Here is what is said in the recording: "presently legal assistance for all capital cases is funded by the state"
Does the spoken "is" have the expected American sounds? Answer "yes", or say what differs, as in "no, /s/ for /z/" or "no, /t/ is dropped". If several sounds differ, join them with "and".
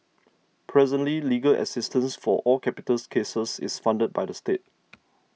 no, /s/ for /z/